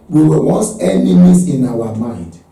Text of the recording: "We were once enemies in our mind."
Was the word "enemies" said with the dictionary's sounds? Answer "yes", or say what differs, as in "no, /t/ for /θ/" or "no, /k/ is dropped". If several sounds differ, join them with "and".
no, /s/ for /z/